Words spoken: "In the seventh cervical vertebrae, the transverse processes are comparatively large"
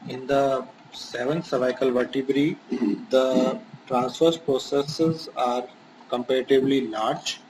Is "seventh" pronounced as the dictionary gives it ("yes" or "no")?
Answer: no